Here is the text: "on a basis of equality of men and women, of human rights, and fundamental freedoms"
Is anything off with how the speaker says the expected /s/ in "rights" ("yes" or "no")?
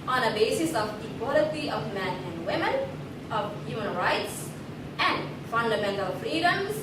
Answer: no